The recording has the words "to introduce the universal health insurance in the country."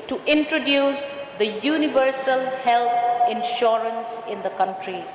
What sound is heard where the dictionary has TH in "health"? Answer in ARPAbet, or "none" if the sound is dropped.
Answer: T